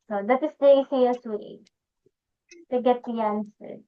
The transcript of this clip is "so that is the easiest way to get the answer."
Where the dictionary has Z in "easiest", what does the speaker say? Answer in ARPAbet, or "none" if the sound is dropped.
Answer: S